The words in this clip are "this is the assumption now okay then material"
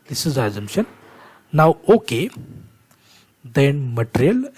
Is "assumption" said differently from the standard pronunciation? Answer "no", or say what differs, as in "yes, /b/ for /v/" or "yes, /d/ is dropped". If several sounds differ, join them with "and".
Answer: yes, /p/ is dropped